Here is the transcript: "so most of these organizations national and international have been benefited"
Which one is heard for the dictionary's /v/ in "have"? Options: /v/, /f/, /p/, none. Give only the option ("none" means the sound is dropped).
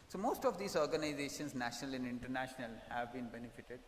/v/